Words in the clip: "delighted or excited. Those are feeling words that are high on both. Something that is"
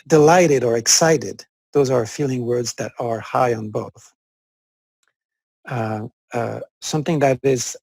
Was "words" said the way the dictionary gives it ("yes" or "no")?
yes